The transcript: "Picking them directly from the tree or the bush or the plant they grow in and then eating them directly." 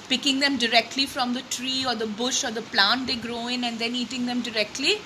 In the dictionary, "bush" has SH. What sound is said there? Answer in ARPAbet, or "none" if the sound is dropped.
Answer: SH